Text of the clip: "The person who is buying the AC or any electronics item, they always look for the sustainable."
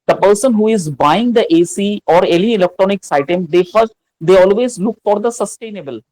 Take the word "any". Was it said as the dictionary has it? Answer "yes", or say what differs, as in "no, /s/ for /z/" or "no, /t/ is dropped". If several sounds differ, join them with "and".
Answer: no, /l/ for /n/